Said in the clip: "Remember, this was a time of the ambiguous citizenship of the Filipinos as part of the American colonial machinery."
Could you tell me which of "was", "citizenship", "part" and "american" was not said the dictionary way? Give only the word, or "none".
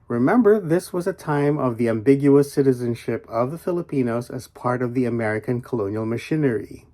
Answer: none